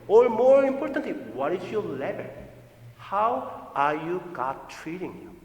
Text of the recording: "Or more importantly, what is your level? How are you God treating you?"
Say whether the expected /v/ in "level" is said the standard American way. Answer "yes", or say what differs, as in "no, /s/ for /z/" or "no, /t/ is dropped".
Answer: no, /b/ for /v/